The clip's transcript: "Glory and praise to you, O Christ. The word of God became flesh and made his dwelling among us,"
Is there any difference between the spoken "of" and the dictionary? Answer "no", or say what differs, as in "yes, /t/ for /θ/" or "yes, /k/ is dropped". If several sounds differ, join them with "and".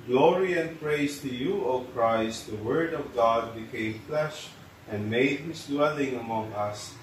no